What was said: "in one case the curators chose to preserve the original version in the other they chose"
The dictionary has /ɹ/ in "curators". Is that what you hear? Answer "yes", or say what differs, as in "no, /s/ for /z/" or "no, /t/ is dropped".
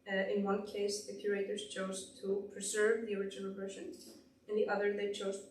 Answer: yes